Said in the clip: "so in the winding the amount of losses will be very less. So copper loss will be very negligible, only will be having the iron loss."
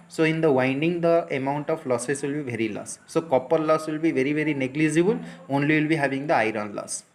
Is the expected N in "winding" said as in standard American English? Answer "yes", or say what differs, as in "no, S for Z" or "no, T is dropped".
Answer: yes